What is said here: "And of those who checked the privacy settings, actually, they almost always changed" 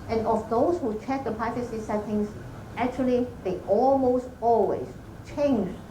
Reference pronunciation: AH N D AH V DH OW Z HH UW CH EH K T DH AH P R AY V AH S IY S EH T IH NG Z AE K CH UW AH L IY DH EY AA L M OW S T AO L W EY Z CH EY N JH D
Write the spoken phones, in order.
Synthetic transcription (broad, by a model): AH N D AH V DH OW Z HH UW CH EH K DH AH P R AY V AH S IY S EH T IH NG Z AE K CH UW AH L IY DH EY AA L M OW S T AO L W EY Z CH EY N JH